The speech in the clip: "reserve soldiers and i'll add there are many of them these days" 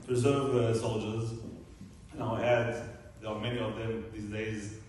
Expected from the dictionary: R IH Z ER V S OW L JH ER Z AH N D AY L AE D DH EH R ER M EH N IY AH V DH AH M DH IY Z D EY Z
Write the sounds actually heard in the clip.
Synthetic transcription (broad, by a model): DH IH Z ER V S OW L JH ER Z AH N AY L AE D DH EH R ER M EH N IY AH V DH AH M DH IY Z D EY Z